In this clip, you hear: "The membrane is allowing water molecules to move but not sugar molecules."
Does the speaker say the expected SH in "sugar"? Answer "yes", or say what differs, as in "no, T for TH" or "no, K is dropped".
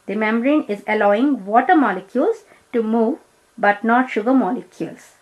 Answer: yes